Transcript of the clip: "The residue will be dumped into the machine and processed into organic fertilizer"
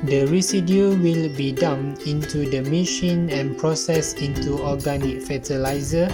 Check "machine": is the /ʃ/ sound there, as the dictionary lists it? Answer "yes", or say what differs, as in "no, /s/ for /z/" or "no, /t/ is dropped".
yes